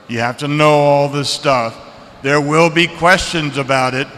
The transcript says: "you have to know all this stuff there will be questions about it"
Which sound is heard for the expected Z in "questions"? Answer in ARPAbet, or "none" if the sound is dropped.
Z